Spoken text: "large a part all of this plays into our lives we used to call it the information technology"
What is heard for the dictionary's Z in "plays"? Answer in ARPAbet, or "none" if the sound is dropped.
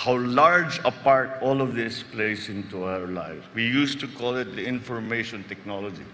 S